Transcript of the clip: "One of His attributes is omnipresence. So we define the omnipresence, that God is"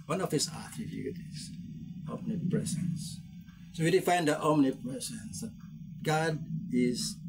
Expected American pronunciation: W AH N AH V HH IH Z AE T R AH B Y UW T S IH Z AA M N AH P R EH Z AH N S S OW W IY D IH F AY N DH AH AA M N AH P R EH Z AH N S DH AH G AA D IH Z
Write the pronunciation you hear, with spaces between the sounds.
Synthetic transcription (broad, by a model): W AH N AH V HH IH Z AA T AH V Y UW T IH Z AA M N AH P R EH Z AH N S S OW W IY D IH F AY N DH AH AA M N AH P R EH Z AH N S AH G AA D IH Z